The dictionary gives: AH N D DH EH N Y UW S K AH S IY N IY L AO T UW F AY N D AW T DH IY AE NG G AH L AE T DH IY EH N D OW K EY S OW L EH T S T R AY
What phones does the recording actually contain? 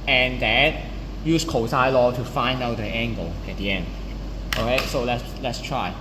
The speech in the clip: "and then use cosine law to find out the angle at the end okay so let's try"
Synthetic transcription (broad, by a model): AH N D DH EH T Y UW S K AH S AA IY L AO T UW F AY N D AW T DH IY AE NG G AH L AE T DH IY EH N D OW K EY S OW L EH T S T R AY